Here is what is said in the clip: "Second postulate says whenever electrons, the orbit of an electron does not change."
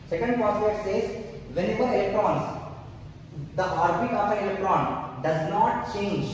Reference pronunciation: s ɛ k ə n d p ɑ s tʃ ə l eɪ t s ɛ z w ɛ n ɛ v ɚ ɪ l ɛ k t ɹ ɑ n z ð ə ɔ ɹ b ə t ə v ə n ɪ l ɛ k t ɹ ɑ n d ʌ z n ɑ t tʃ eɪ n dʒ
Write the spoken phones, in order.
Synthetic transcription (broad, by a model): s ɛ k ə n d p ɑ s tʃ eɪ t s ɛ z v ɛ n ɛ v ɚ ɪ l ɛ k t ɹ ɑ n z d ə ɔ ɹ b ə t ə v ə n ɪ l ɛ k t ɹ ɑ n d ʌ z n ɑ t tʃ eɪ n dʒ